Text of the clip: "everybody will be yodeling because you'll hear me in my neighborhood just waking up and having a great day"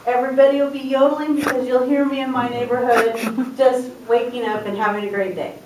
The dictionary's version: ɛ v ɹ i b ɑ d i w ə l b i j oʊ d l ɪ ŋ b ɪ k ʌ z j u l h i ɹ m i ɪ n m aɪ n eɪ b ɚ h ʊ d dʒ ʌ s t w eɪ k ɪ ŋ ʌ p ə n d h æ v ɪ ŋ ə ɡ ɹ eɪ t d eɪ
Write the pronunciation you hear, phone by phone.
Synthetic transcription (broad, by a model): ɛ v ɹ i b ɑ d i w ə l b i j oʊ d l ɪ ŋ b ɪ k ʌ z j u l h i ɹ m i ɪ n m aɪ n eɪ b ɚ h ʊ d dʒ ʌ s t w eɪ k ɪ ŋ ʌ p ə n h æ v ɪ ŋ ə ɡ ɹ eɪ t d eɪ